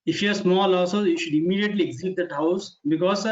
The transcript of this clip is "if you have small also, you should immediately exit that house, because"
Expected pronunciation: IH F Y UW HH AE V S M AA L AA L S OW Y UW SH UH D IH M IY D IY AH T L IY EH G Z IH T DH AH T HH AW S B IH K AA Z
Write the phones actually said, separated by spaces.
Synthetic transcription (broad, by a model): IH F Y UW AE S M AA L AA S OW Y UW SH UH D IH M IY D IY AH T L IY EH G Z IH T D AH T HH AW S B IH K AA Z